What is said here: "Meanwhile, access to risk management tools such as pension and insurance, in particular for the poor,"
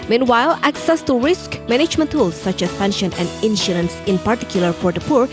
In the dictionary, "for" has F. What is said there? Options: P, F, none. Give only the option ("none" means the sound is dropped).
P